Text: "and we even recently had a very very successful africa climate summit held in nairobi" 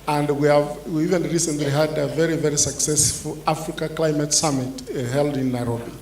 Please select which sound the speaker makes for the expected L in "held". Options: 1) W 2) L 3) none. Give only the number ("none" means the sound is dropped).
2